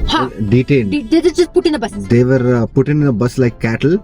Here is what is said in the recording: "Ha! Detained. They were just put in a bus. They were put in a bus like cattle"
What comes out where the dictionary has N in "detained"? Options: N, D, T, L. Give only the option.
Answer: L